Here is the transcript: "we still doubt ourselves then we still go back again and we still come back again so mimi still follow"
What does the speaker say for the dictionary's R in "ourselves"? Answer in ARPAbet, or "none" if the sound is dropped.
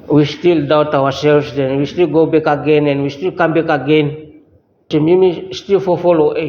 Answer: W